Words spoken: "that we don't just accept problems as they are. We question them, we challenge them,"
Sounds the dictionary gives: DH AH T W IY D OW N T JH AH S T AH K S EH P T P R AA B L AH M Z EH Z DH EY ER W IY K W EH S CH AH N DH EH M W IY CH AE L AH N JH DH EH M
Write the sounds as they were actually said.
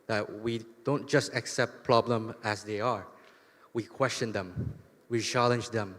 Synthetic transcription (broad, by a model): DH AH T W IY D OW N T JH AH S T AH K S EH P T P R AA B L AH M EH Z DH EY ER W IY K W EH S CH AH N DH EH M W IY CH AE L AH N JH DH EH M